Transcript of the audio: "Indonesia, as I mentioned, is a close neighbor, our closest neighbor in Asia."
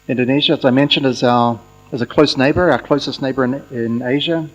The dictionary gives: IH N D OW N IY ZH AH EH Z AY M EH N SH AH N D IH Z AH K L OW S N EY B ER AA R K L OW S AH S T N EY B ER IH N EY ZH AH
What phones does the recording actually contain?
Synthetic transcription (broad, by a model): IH N D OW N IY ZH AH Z AY M EH N SH AH N D IH Z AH K L OW S N EY B ER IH K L OW S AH S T N EY B ER IH N EY ZH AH